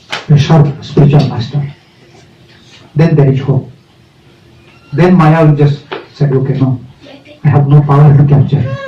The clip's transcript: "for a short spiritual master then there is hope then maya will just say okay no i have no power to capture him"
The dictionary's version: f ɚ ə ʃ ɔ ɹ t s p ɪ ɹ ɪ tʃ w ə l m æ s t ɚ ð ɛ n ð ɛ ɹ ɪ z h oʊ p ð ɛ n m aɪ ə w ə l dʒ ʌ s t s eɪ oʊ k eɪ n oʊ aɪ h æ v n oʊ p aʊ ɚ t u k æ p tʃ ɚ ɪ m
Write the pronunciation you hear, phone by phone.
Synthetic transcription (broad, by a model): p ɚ ə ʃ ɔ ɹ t s p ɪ ɹ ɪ tʃ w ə l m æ s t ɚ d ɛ n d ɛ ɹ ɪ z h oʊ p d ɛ n m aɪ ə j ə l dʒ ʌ s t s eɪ oʊ k eɪ n oʊ aɪ h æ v n oʊ p aʊ ɚ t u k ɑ tʃ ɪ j